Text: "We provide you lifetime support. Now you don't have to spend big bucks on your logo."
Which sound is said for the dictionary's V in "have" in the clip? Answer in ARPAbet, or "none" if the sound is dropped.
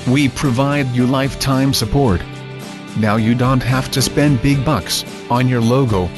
F